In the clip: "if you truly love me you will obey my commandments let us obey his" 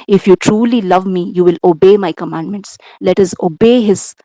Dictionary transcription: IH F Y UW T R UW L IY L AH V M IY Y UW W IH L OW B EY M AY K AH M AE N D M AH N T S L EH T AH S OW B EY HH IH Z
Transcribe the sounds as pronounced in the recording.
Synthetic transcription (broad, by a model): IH F Y UW T R UW L IY L AH V M IY Y UW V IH L OW B EY M AY K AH M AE N D M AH N T S L EH T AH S OW B EY HH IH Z